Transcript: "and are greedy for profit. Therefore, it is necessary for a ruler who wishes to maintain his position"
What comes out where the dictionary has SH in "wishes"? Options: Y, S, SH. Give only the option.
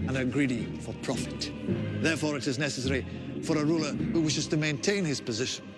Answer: SH